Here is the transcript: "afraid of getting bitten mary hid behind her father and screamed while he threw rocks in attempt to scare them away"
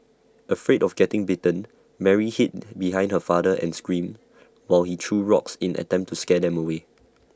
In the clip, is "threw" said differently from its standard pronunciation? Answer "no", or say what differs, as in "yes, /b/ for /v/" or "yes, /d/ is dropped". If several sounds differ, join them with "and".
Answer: yes, /t/ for /θ/